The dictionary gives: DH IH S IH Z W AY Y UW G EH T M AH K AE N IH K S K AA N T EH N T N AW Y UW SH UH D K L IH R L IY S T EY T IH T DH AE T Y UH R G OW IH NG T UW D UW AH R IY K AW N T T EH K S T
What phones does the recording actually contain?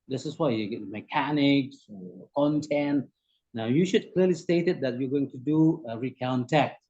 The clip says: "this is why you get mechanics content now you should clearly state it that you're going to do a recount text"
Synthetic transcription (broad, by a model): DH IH S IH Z W AY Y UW G EH T M AH K AE N IH K S K AA N T EH N T N AW Y UW SH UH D K L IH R L IY S T EY T IH T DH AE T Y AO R G OW IH NG T UW D UW AH R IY K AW N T T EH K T